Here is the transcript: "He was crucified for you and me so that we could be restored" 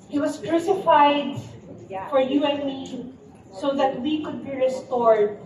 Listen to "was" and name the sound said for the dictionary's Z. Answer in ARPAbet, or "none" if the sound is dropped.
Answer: S